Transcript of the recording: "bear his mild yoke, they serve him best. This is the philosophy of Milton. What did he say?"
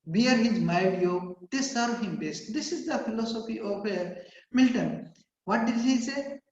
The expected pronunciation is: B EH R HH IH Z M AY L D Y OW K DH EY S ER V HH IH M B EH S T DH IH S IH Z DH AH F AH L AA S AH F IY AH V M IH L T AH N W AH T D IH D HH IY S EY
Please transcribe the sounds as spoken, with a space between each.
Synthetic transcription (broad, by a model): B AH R HH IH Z M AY D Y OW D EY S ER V HH IH M B EH S T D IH S IH Z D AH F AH L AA S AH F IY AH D M IH L T AH N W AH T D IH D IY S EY